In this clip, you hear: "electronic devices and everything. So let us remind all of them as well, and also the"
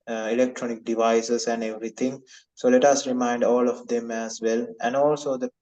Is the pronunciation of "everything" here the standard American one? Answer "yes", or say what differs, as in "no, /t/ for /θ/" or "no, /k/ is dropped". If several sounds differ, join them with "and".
no, /t/ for /θ/